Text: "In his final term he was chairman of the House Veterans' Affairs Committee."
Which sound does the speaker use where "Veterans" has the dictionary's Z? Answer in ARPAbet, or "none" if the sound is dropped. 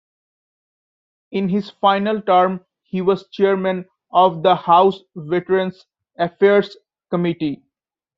S